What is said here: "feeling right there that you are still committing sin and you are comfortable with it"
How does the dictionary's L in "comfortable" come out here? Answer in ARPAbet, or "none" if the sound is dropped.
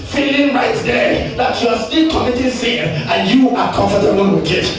N